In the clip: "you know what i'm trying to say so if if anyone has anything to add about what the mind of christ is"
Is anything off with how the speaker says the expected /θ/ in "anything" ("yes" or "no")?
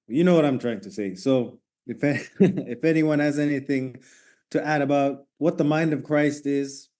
no